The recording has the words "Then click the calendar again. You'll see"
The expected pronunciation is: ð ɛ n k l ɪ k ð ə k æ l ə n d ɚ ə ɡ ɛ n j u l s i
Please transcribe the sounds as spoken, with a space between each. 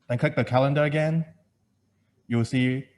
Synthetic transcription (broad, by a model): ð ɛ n k l ɪ k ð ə k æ l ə n d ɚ ə ɡ ɛ n j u w s i